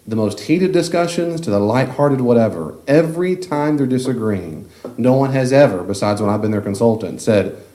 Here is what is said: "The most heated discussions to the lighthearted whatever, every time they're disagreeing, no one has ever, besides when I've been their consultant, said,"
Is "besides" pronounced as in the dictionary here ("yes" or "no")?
yes